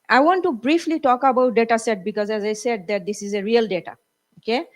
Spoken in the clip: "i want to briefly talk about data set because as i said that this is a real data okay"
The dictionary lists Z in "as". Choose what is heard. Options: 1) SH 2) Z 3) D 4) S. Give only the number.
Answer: 2